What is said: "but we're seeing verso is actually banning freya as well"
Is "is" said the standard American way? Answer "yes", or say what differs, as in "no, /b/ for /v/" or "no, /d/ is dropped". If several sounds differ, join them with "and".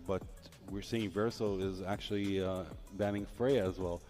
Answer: yes